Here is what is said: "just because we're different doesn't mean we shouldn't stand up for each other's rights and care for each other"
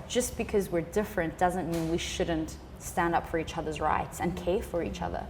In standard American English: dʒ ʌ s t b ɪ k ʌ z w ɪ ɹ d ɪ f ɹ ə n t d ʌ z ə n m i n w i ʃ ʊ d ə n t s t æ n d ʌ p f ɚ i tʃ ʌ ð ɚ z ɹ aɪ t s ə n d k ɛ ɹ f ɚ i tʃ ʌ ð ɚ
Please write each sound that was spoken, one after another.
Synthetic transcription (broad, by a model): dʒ ʌ s b ɪ k ʌ z w ɪ ɹ d ɪ f ɹ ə n d ʌ z ə n m i n w i ʃ ʊ d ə n t s t æ n d ʌ p f ɚ i tʃ ʌ ð ɚ z ɹ aɪ t s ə n k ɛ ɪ f ɚ i tʃ ʌ ð ɚ